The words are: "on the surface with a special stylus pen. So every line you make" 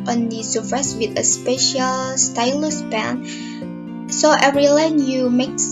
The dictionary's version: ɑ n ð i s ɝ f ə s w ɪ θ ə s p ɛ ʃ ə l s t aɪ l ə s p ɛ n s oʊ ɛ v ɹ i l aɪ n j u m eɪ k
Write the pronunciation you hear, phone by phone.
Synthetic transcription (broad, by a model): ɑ n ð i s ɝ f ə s w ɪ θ ə s p ɛ ʃ ə l s t aɪ l ə s b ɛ n s oʊ ɛ v ɹ i l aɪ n j u m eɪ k